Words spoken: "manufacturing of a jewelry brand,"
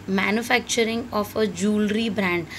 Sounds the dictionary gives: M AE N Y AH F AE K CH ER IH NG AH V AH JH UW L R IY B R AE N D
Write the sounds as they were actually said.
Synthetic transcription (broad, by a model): M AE N Y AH F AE K CH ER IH NG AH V AH JH UW L R IY B R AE N D